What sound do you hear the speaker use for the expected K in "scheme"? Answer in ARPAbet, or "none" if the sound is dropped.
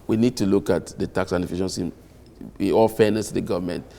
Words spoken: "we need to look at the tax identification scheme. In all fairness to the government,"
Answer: none